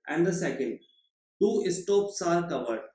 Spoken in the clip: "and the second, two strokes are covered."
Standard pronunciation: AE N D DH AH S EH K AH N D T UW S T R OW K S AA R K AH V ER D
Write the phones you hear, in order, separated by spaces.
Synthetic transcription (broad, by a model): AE N D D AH S EH K AH N D T UW S T OW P S AA R K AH V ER D